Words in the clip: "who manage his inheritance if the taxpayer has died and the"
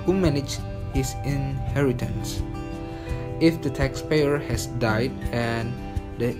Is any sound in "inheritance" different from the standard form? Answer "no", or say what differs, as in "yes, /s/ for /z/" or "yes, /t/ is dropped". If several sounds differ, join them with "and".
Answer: no